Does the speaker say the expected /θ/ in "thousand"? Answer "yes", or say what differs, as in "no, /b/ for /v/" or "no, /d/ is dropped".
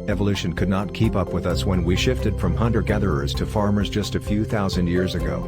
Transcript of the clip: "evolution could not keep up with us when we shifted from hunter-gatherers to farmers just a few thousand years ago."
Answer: yes